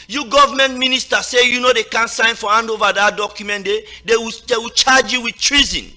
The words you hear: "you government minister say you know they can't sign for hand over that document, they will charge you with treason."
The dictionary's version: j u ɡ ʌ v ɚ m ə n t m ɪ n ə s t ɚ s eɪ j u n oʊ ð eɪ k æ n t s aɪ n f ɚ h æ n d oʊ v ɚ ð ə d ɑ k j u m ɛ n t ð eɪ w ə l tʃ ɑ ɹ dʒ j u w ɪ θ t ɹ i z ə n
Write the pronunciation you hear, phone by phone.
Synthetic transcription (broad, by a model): j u ɡ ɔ v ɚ m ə n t m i n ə s t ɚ s eɪ j u n oʊ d eɪ k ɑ n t s aɪ n f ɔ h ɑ n d oʊ v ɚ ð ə d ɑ k j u m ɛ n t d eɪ w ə w tʃ ɑ dʒ j u w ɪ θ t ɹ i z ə n